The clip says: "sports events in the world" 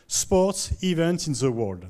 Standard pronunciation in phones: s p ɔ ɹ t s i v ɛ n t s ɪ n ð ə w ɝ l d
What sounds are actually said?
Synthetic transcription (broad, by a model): s p ɔ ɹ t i v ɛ n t ɪ n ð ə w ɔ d